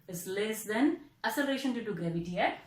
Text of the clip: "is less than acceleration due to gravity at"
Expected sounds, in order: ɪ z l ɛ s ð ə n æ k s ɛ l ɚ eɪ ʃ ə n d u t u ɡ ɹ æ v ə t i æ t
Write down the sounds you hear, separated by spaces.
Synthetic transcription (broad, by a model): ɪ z l ɛ s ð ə n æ s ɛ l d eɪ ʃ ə n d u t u ɡ ɹ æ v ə t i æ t